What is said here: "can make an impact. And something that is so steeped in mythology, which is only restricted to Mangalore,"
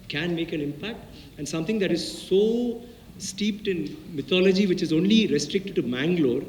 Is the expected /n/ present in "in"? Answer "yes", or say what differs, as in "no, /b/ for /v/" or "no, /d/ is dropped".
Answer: yes